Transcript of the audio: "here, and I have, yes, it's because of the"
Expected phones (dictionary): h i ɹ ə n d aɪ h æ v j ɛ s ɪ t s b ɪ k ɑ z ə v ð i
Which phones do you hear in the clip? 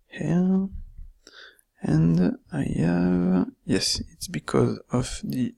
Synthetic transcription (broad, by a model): h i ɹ ə n d aɪ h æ v j ɛ s ɪ t s b ɪ k ɑ z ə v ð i